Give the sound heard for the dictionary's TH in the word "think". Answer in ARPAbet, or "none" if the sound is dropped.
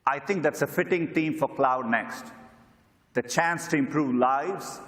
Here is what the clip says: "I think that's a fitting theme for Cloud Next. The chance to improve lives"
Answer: T